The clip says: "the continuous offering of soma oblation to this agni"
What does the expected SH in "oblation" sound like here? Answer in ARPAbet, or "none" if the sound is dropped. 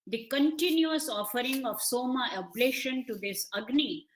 SH